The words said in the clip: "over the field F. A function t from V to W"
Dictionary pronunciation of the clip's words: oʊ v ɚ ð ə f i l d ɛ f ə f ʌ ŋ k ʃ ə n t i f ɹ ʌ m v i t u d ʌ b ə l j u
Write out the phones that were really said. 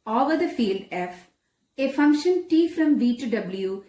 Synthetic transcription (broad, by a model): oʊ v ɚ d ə f i l d ɛ f ə f ʌ ŋ k ʃ ə n t i f ɹ ʌ m v i t u d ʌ b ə l j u